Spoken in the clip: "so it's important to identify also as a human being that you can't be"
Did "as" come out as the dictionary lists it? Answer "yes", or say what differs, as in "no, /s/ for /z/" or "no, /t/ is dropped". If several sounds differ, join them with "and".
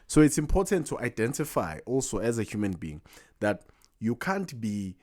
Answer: yes